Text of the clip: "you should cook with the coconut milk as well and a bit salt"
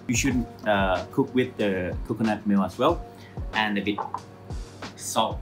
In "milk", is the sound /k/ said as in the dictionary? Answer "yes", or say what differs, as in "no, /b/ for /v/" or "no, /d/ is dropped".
no, /k/ is dropped